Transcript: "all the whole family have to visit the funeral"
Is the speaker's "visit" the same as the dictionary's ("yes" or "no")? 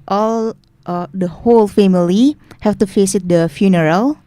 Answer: no